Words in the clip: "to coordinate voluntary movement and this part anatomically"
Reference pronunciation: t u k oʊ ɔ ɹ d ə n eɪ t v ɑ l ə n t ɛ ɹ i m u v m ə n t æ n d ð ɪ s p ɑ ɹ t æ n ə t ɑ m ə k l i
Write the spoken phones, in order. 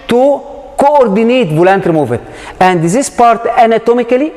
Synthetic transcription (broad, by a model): t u k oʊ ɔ ɹ d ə n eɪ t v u l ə n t ɹ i m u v ə t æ n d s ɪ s p ɑ ɹ t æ n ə t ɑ m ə k l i